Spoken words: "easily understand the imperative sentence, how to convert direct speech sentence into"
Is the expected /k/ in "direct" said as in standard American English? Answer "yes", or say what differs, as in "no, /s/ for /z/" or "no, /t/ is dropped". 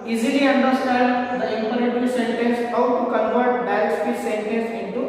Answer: no, /k/ is dropped